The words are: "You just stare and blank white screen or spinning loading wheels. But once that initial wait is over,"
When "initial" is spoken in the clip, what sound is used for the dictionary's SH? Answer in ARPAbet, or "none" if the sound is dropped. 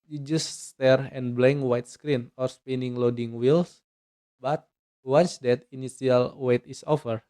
S